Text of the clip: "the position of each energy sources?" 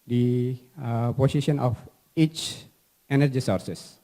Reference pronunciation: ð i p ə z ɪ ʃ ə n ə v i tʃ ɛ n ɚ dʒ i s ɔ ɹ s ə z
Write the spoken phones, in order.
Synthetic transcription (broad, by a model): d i p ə s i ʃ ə n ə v i tʃ ɛ n ɚ dʒ i s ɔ ɹ s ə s